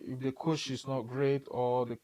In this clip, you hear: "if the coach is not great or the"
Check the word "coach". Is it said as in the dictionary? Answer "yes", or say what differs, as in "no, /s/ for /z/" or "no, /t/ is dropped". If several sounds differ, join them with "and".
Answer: no, /ʃ/ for /tʃ/